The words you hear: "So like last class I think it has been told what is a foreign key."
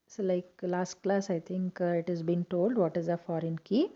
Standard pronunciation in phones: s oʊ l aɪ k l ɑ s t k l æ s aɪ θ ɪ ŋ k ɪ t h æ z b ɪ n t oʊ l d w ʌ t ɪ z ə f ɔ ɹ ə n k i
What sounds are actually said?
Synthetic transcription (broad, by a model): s l aɪ k l ɑ s t k l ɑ s aɪ t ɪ ŋ k ɪ t h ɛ z b ɪ n t oʊ l d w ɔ t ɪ z ə f ɔ ɹ ə n k i